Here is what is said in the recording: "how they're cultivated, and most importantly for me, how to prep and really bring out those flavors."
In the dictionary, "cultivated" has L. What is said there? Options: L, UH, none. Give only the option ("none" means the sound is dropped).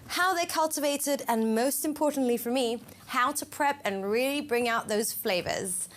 L